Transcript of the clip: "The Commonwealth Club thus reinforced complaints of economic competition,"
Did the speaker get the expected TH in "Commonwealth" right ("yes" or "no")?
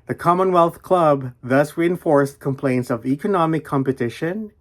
yes